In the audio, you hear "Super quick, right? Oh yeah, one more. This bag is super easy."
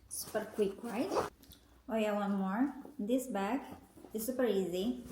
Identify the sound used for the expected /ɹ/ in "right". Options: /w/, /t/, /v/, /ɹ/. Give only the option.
/w/